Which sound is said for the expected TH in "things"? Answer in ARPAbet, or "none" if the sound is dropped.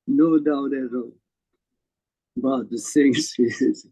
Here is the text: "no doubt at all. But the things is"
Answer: S